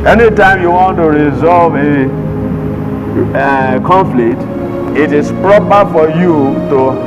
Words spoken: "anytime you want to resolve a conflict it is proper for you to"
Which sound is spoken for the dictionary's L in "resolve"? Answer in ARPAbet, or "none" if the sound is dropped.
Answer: L